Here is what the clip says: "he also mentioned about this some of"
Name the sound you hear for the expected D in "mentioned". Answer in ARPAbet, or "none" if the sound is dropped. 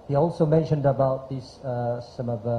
D